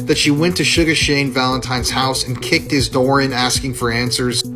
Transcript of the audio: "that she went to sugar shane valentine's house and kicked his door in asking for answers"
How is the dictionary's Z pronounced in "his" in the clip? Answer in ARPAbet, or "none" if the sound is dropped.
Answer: Z